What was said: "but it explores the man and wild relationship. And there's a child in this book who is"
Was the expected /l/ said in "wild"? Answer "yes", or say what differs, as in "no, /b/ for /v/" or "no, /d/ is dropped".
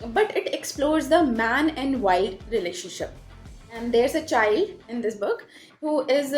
no, /l/ is dropped